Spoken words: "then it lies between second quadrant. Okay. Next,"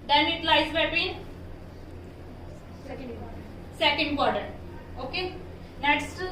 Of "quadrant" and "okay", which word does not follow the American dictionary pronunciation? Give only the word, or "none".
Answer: quadrant